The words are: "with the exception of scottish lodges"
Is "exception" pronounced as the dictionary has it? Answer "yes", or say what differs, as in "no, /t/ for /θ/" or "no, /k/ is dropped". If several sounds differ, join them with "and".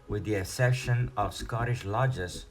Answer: no, /k/ is dropped and /p/ is dropped